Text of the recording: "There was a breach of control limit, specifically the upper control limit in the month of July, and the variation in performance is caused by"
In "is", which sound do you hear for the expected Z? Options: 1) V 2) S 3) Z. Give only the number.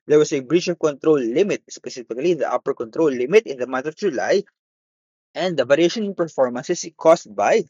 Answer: 2